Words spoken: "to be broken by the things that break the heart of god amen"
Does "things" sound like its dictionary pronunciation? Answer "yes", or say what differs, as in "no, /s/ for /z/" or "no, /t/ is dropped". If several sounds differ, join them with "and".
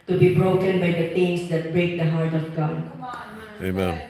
no, /t/ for /θ/